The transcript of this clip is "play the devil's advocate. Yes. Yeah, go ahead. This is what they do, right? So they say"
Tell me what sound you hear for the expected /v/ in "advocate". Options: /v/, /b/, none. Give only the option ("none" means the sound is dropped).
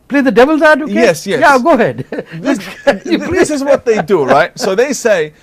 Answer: none